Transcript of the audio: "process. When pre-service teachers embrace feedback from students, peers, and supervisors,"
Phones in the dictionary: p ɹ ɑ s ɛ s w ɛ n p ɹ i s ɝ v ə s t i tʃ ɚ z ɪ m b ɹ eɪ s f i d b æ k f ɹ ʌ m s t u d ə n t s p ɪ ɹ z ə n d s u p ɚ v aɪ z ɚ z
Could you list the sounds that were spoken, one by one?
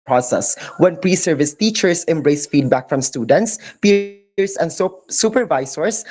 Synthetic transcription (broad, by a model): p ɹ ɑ s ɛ s w ɛ n p ɹ i s ɝ v ə s t i tʃ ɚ s ɪ m b ɹ eɪ s f i d b æ k f ɹ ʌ m s t u d ə n t s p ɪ ɹ s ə n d s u p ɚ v aɪ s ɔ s